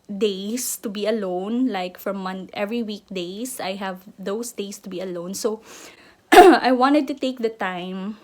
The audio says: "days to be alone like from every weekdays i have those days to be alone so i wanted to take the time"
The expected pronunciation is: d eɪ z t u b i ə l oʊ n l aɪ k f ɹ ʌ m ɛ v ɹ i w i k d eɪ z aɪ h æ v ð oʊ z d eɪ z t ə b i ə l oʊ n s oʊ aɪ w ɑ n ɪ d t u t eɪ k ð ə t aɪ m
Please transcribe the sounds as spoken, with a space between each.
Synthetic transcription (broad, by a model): d eɪ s t u b i ə l oʊ n l aɪ k f ɹ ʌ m ɛ v ɹ i w i k d eɪ s aɪ h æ v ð oʊ s d eɪ s t ə b i ə l oʊ n s oʊ aɪ w ɑ n ɪ d t u t eɪ k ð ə t aɪ m